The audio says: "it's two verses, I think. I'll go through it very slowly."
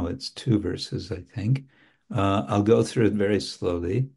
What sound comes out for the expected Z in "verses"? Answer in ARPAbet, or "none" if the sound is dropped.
Z